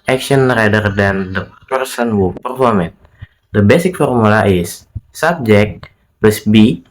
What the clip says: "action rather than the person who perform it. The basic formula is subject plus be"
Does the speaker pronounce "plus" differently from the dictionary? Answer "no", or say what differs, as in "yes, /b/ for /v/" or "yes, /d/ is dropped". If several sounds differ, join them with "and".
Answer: yes, /l/ is dropped